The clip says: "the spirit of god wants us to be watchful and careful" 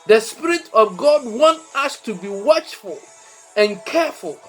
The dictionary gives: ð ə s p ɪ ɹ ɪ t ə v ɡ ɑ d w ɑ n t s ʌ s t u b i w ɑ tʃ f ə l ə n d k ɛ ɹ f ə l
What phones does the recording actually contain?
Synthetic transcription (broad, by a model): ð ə s p ɪ ɹ ɪ t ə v ɡ ɑ d w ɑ n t ʌ s t u b i w ɑ tʃ f ə l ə n k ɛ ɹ f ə l